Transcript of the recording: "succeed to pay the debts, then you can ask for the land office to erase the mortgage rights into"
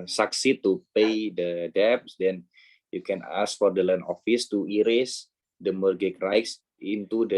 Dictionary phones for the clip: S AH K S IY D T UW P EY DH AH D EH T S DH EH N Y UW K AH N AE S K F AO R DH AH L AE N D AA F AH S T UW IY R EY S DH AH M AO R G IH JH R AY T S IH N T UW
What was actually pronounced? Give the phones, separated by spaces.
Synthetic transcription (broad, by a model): S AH K S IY T UW P EY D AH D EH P S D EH N Y UW K AH N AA S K F AO R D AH L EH N AA F AH S T UW IY R EY S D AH M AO R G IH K R AY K S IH N T UW